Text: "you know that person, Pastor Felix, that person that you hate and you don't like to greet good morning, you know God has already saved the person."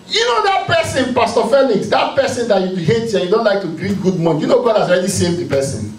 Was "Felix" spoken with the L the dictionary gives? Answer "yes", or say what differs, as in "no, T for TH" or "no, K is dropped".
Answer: no, N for L